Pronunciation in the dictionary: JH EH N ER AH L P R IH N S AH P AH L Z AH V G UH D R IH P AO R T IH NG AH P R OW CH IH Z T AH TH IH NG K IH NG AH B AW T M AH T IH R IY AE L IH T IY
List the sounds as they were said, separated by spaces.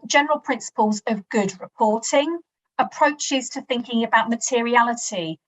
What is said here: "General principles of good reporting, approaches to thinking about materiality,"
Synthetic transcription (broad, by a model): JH EH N ER AH L P R IH N S AH P AH L Z AH V G UH D R IH P AO T IH NG AH P R OW CH IH Z T AH TH IH NG K IH NG AH B AW T M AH T IH R IY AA L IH T IY